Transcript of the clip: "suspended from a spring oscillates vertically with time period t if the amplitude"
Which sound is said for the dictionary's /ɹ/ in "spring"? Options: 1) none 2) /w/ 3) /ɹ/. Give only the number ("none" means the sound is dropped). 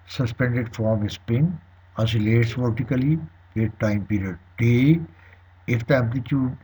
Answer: 1